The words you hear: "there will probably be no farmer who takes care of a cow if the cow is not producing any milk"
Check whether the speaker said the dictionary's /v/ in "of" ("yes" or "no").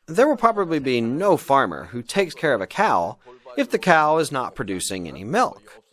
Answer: yes